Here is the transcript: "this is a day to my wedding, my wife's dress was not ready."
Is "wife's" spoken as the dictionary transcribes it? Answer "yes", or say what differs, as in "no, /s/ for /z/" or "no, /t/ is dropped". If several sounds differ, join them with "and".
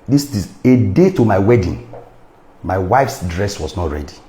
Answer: yes